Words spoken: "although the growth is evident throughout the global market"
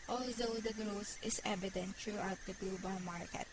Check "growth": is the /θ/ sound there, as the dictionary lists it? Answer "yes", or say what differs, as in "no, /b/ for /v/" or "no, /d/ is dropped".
no, /s/ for /θ/